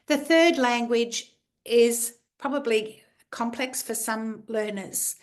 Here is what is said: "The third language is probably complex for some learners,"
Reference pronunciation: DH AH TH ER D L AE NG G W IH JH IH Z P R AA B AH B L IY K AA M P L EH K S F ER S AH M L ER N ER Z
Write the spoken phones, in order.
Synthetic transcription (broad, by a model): DH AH TH ER D L AE NG G W IH JH IH Z P R AA B AH B L IY K AA M P L EH K S F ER S AH M L ER N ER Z